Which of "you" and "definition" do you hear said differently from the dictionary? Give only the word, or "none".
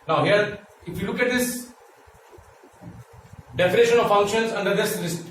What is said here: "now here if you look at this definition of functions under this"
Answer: none